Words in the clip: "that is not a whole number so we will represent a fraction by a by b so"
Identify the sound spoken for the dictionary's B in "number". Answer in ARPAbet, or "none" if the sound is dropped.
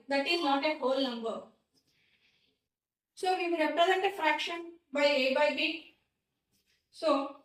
B